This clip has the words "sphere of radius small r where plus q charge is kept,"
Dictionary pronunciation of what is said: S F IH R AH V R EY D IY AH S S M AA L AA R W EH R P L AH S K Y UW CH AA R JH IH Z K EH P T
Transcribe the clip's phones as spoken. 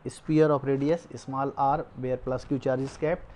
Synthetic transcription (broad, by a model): S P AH R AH P R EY D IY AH S S M AA L AA R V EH R P L AH S K Y UW CH AA R JH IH S K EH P